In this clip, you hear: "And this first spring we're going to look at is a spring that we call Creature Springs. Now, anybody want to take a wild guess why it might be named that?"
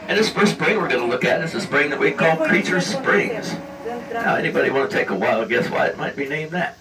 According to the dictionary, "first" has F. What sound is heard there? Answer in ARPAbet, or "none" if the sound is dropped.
P